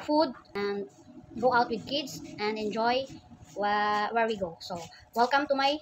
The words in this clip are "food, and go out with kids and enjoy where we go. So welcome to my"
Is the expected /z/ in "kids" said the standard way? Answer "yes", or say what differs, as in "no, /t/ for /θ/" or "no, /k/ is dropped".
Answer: no, /s/ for /z/